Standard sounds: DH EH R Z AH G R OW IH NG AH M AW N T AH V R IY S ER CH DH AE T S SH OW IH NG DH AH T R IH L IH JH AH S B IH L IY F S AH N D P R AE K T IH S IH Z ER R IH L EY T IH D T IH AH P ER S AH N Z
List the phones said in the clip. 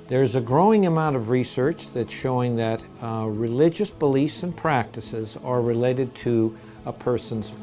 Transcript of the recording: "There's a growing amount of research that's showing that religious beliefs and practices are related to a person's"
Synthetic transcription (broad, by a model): DH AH R Z AH G R OW IH NG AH M AW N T AH V R IY S ER CH DH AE T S SH OW IH NG DH AH T R IH L IH JH AH S B IH L IY F S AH N P R AE K T IH S IH Z ER R IH L EY T IH D T IH AH P ER S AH N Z